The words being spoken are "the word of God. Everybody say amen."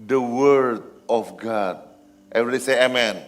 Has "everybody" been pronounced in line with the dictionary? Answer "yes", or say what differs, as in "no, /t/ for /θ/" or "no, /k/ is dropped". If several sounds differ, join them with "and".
no, /v/ is dropped